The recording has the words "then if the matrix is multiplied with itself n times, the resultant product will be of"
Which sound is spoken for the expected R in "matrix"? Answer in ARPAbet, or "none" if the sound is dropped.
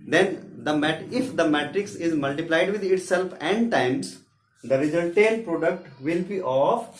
R